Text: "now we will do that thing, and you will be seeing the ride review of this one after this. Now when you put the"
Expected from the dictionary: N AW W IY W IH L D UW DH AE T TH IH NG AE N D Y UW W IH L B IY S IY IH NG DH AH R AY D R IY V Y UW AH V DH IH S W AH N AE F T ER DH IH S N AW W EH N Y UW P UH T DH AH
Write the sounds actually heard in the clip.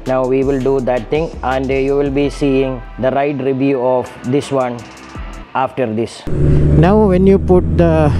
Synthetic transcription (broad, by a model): N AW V IY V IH L D UW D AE T T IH NG AE N D Y UW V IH L B IY S IY IH NG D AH R AY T R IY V Y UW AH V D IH S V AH N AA F T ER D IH S N AW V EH N Y UW P UH T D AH